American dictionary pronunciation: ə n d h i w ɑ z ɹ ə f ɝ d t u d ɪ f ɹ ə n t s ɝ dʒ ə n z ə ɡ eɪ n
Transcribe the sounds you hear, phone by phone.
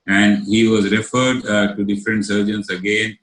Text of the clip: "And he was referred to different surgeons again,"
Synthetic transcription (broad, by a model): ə n d h i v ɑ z ɹ ə f ɝ d t u d ɪ f ɹ ə n t s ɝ dʒ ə n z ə ɡ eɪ n